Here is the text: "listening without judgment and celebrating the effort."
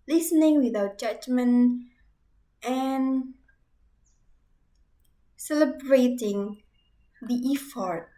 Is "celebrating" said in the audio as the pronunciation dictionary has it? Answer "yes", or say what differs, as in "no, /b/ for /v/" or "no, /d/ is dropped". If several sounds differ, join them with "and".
yes